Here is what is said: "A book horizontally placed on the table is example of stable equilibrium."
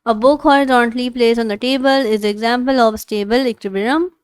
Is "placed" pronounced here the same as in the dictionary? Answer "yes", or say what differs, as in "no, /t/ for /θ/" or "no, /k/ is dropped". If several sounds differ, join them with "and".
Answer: no, /t/ is dropped